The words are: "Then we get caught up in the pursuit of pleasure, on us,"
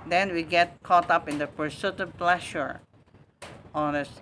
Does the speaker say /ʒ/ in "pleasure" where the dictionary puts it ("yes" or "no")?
no